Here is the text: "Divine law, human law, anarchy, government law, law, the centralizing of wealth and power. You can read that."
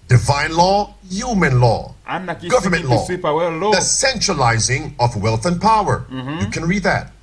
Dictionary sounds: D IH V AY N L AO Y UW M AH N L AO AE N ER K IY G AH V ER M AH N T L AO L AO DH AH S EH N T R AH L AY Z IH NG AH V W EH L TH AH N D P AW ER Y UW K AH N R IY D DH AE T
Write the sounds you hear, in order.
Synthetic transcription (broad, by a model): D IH V AY N L AO Y UW M AH N L AO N G AH V ER M AH N T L L AO DH AH S EH N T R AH L AY Z IH NG AH V W EH L TH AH N P AW ER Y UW K AH N R IY D DH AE T